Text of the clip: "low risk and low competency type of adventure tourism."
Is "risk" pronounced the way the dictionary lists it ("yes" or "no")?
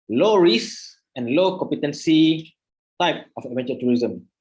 no